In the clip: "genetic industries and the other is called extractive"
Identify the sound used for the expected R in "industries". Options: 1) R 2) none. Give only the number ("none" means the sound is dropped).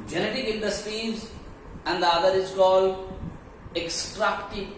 2